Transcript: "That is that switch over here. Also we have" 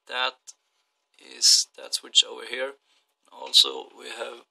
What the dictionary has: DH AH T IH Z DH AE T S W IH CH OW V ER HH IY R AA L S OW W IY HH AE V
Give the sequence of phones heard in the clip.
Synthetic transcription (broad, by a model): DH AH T IH Z DH AE T S W IH CH OW V ER HH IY R AA L S OW W IY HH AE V